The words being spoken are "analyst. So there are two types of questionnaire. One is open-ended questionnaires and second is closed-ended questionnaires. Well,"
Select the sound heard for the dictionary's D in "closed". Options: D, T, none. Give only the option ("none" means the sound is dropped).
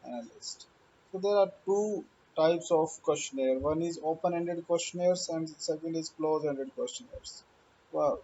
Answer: none